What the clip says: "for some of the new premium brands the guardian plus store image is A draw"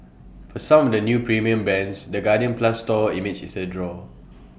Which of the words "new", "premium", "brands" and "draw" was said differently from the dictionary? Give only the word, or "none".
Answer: brands